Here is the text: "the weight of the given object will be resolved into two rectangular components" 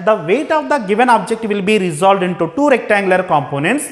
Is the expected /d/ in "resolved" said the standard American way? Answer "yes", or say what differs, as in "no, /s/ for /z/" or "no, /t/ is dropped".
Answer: yes